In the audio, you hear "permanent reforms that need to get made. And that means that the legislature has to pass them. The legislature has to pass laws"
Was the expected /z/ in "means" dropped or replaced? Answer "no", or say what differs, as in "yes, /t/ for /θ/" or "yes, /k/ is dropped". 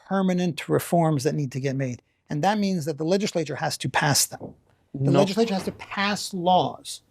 no